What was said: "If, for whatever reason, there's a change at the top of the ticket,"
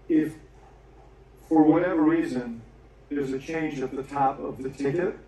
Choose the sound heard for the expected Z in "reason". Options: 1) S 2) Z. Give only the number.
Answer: 2